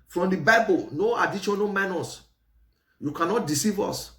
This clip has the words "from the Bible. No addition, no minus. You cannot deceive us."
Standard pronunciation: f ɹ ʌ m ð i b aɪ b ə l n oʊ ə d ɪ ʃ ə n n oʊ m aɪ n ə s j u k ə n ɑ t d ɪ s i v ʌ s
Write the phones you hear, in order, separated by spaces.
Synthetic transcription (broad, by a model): f ɹ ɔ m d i b aɪ b ə l n oʊ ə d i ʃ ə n n oʊ m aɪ n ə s j u k ə n ɑ t d ɪ s i v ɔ s